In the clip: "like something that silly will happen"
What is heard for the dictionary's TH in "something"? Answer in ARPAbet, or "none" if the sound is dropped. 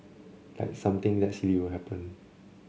T